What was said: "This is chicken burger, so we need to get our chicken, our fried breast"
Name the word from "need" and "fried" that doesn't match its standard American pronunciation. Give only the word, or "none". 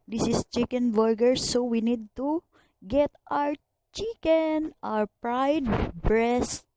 fried